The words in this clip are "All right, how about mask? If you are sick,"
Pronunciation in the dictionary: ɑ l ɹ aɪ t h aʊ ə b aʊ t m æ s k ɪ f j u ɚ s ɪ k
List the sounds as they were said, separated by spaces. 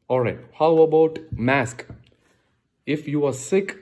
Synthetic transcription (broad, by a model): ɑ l ɹ aɪ t h aʊ ə b aʊ t m æ s k ɪ f j u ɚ s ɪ k